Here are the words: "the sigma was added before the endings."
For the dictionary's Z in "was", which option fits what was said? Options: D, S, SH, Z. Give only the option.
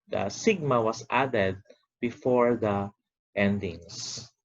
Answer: S